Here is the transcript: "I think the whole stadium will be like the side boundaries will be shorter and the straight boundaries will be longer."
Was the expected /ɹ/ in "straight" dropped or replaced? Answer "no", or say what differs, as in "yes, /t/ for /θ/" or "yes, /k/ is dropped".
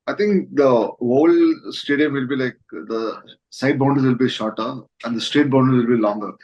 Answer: no